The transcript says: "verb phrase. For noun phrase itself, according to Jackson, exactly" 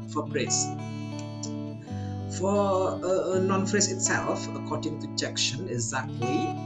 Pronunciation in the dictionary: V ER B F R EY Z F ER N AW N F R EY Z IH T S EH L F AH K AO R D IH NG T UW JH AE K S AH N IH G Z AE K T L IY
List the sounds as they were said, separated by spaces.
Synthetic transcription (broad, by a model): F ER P R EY S F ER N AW N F R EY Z IH T S EH L F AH K AO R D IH NG T UW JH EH K SH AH N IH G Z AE K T L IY